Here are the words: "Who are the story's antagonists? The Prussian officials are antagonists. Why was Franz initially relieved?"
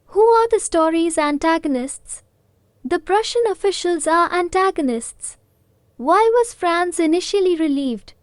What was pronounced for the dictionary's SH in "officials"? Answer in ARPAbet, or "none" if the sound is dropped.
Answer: SH